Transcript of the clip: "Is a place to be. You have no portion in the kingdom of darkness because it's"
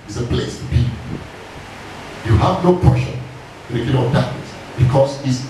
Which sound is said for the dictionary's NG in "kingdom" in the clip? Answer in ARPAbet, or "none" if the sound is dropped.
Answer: none